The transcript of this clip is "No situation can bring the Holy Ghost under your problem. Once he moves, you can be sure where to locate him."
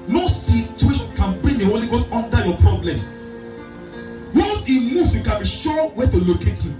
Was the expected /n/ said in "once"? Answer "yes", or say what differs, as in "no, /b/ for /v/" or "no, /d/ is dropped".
no, /n/ is dropped